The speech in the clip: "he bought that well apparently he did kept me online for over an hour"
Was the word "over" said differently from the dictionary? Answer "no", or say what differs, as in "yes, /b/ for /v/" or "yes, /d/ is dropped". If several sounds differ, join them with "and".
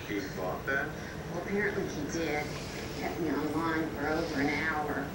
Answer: no